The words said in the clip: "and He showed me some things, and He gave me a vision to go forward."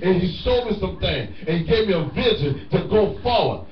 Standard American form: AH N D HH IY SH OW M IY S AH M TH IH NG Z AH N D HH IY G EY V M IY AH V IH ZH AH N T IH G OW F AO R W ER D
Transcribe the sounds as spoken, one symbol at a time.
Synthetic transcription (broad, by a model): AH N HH IY S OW M IY S AH M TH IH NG AH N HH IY G EY V M IY AH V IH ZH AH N T IH G OW F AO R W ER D